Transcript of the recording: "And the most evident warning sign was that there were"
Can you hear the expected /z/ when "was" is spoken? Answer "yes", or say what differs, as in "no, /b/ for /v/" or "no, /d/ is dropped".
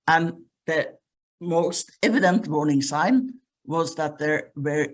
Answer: yes